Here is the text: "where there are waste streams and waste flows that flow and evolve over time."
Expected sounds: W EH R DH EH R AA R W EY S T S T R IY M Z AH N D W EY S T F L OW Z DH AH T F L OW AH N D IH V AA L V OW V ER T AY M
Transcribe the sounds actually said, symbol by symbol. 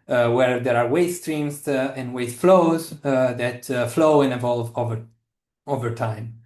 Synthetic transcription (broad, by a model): W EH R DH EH R AA R W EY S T S T R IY M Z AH N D W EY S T F L OW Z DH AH T F L OW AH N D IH V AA L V OW V ER T AY M